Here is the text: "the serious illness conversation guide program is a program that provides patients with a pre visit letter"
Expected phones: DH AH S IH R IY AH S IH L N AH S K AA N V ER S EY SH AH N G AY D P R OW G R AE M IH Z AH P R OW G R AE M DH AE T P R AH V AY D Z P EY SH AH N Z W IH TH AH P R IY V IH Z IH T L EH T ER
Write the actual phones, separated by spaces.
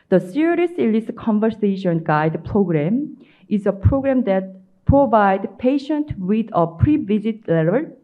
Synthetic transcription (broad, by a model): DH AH S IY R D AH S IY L AH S K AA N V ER S EY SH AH N G AY D P R OW G R AE M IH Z AH P R OW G R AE M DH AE T P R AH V AY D P EY SH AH N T W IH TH AH P R IY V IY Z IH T L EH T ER